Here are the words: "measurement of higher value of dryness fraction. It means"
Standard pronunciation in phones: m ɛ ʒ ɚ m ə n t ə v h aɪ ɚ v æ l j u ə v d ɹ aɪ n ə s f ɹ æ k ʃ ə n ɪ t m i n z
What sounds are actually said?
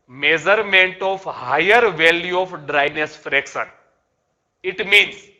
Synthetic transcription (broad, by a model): m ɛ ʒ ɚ m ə n t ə f h aɪ ɚ v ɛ l j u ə f d ɹ aɪ n ə s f ɹ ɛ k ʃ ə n ɪ t m i n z